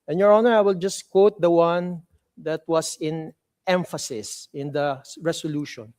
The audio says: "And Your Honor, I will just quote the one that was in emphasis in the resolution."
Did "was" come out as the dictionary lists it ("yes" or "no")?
no